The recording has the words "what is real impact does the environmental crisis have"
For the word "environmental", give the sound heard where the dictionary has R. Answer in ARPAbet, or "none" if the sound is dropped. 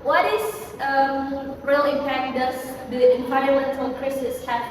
none